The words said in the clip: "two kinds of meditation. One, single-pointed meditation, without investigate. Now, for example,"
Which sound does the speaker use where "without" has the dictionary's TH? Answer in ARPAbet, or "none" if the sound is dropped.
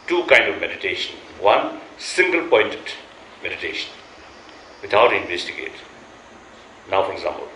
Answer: T